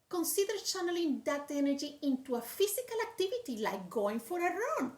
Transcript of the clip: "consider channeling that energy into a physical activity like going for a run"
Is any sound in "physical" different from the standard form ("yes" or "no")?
yes